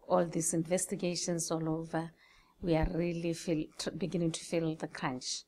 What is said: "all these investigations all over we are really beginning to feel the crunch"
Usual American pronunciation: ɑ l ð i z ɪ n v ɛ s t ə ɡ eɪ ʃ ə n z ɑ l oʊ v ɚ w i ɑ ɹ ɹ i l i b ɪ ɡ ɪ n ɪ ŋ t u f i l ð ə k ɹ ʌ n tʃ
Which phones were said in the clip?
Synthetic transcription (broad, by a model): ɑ l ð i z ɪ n v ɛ s t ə ɡ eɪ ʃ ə n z ɑ l oʊ v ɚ w i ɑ ɹ l i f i b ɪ ɡ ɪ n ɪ ŋ t u f i l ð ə k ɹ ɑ n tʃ